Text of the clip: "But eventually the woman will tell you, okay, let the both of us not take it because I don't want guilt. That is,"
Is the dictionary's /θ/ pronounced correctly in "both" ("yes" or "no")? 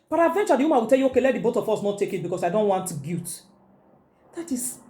no